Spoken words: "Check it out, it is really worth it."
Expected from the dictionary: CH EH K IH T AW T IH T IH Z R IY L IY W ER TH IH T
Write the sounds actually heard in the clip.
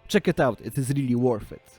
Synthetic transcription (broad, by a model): CH EH K IH T AW T IH T IH Z R IY L IY W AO F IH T